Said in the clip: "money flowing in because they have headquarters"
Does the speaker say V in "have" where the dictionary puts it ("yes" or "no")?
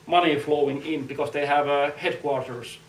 yes